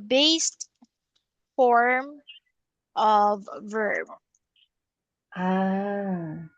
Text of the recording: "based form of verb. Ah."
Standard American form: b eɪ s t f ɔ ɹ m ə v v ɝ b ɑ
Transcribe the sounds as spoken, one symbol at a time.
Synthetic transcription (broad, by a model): b eɪ s t f ɔ ɹ m ə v v ɝ b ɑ